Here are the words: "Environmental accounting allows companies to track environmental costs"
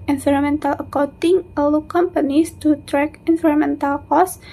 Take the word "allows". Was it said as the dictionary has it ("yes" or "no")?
no